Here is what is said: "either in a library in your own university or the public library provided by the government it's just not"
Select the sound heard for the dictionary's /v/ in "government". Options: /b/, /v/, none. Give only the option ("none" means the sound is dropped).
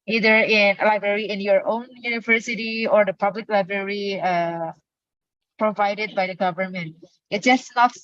/v/